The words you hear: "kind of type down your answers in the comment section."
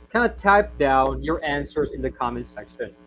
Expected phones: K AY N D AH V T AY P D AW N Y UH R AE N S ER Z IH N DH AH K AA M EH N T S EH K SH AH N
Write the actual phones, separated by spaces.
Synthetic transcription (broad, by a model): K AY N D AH T AY P D AW N Y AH R AE N S ER Z IH N DH AH K AA M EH N S EH K SH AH N